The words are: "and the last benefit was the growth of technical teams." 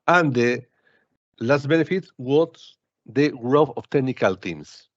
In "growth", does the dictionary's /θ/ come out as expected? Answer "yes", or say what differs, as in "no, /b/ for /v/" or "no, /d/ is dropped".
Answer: no, /f/ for /θ/